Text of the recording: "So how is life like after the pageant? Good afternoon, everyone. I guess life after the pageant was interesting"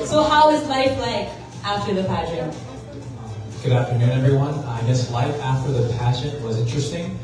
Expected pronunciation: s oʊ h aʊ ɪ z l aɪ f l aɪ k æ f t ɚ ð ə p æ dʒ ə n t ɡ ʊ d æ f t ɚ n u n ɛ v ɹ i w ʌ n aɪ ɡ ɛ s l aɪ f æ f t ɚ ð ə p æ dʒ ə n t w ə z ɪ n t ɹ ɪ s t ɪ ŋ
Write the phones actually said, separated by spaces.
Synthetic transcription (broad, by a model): s oʊ h aʊ ɪ z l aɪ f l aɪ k æ f t ɚ ð ə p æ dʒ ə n ɡ ʊ d æ f t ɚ n u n ɛ v ɹ i w ʌ n aɪ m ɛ s l aɪ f æ f t ɚ ð ə p æ ʃ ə n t w ə z ɪ n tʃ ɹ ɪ s t ɪ ŋ